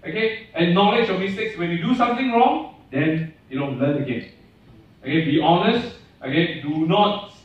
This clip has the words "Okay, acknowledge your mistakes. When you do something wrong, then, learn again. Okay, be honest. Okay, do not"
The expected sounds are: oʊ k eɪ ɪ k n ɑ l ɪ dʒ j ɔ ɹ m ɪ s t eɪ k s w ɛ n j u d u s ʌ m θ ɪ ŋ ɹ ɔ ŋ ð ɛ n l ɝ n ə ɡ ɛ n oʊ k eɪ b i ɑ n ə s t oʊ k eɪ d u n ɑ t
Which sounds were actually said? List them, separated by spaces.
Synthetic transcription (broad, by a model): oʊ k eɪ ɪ n ɑ l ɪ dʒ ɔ m ɪ s t eɪ k s w ɛ n j u d u s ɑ m t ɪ ŋ ɹ ɔ ŋ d ɛ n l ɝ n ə ɡ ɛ n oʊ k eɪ b i ɑ n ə s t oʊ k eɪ d u n ɑ t